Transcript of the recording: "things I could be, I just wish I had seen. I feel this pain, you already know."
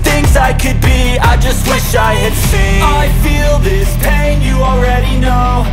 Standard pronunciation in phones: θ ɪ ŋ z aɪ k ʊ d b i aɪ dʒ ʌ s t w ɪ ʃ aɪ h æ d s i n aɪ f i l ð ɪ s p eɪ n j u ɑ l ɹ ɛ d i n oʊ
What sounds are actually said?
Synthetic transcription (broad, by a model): θ ɪ ŋ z aɪ k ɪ d b i aɪ dʒ ʌ s t w ɪ ʃ aɪ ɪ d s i aɪ f i l ð ɪ s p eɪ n j ɑ l ɹ ɛ d i n oʊ